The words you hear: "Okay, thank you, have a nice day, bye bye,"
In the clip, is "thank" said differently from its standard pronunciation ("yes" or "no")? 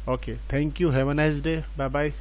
yes